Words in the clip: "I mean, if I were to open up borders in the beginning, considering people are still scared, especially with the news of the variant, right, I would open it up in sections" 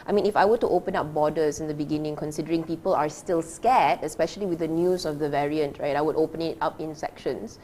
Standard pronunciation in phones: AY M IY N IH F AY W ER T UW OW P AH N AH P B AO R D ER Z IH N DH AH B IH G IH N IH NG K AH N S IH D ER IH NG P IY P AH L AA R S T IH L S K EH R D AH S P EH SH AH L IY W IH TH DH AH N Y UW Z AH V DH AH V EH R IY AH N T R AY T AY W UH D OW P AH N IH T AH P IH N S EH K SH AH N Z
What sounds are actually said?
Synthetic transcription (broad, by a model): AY M IY N IH F AY W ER T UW OW P AH N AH P B AO D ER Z IH N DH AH B IH G IH N IH NG K AH N S IH D ER IH NG P IY P AH L AA R S T IH L S K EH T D AH S P EH SH AH L IY W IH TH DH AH N Y UW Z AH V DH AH V EH R IY AH N T R AY T AY W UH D OW P AH N IH T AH P IH N S EH K SH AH N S